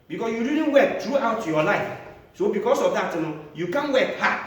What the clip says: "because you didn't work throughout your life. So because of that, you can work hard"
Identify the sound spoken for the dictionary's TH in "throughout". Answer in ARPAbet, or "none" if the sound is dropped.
T